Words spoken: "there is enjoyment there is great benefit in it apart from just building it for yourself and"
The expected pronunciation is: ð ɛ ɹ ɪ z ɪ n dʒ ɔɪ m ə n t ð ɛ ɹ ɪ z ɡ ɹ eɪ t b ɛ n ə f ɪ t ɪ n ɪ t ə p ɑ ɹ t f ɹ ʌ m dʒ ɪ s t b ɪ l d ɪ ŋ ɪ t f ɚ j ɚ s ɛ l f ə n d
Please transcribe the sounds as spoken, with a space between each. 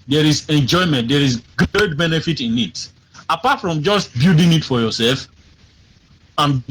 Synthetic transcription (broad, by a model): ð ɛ ɹ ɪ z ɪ n dʒ ɔɪ m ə n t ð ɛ ɹ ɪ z ɡ ɹ eɪ t b ɛ n ə f ɪ t ɪ n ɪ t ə p ɑ t f ɹ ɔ m dʒ ɪ s t b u d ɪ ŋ ɪ t f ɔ j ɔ s ɛ l f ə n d